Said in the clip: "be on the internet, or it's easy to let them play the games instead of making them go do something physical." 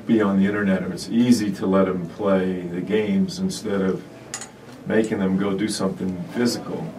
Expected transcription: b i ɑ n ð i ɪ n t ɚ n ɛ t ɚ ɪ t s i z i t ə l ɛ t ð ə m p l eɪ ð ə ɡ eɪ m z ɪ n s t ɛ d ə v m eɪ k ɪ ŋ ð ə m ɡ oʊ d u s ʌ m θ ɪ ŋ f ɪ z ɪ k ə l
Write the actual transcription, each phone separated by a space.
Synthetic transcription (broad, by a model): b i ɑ n ð i ɪ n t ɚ n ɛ t ɚ ɪ t s i z i t ə l ɛ t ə m p l eɪ ð ə ɡ eɪ m z ɪ n s t ɛ d ə v m eɪ k ɪ ŋ ð ə m ɡ oʊ d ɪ s ʌ m θ ɪ ŋ f ɪ z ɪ k l